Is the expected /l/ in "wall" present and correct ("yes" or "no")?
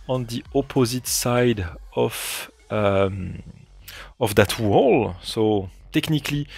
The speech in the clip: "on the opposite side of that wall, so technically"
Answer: yes